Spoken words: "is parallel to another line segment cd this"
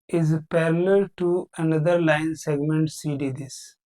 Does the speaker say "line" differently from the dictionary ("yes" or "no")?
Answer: no